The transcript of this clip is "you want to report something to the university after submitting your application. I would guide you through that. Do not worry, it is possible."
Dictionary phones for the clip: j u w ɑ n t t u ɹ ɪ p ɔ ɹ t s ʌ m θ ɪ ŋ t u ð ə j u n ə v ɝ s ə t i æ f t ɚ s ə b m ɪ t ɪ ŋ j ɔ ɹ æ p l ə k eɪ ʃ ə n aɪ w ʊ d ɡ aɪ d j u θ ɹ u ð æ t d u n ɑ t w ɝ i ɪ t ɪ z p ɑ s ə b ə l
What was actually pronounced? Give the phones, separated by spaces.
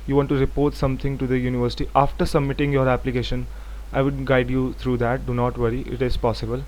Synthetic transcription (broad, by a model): j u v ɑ n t t u ɹ ɪ p ɔ ɹ t s ʌ m t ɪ ŋ t u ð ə j u n ə v ɝ s ə t i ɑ f t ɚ s ə b m ɪ t ɪ ŋ j ɔ ɹ æ p l ə k eɪ ʃ ə n aɪ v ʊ d ɡ aɪ d j u t ɹ u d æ t d u n ɑ t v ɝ i ɪ t ɪ z p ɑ s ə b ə l